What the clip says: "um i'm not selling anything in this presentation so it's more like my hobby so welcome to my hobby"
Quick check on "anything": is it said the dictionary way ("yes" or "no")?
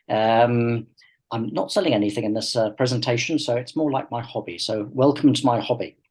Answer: yes